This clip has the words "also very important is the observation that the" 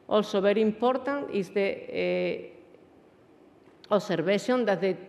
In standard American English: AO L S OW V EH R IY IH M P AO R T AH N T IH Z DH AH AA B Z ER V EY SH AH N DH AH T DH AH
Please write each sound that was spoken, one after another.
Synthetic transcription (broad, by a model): AO L S OW B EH R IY IH M P AO R T AH N T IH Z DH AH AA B S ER B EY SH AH N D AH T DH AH